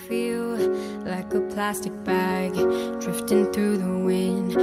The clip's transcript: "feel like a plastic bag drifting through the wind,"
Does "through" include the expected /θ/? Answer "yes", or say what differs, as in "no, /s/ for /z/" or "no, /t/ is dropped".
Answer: yes